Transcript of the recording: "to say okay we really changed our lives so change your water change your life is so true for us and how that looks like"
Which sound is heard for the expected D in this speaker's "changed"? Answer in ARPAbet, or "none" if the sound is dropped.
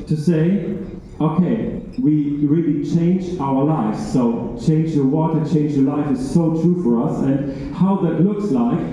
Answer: none